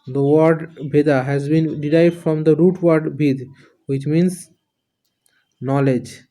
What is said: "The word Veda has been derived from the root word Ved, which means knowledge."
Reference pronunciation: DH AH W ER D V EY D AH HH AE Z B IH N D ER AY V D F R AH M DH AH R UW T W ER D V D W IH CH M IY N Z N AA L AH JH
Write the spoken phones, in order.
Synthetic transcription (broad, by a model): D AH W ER D B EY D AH HH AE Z B IH N D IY AY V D F R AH M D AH R UW T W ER D B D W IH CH M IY N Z N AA L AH JH